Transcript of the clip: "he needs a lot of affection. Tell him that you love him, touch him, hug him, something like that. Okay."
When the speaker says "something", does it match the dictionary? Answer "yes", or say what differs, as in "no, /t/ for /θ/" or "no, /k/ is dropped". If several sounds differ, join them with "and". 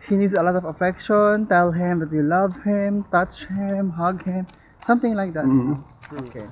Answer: no, /t/ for /θ/